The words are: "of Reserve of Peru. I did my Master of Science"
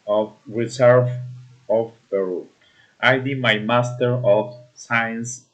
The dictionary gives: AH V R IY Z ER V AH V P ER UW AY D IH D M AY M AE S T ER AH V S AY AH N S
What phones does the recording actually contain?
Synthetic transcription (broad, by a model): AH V R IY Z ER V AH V B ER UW AY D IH M AY M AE S T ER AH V S AY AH N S